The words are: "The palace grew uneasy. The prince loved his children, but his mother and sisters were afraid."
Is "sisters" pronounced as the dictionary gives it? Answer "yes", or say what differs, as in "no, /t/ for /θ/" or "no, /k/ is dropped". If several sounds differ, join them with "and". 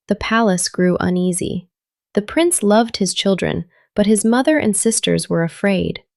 yes